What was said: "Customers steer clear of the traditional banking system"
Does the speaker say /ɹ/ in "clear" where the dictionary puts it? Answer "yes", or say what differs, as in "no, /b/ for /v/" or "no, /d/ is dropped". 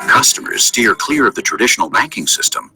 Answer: yes